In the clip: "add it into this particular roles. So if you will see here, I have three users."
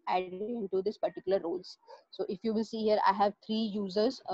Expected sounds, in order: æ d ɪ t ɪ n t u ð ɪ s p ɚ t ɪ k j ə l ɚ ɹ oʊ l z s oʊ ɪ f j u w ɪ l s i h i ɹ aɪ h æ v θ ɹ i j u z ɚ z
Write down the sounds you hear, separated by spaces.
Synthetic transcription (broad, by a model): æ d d ɪ n t u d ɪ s p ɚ t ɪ k j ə l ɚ ɹ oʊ l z s oʊ ɪ f j u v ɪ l s i h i ɹ aɪ h æ v t ɹ i j u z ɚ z